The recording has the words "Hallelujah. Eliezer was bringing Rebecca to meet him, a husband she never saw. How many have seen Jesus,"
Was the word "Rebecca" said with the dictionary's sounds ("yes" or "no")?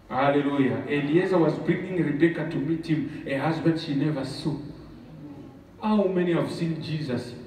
yes